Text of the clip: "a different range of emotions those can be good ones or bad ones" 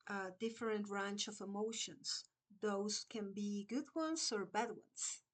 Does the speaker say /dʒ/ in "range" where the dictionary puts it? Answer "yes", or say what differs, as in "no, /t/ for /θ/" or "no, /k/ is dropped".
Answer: no, /tʃ/ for /dʒ/